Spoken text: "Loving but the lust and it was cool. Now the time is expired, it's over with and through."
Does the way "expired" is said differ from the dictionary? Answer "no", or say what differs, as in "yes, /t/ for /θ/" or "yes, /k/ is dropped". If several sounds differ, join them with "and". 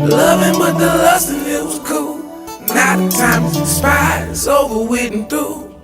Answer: yes, /k/ is dropped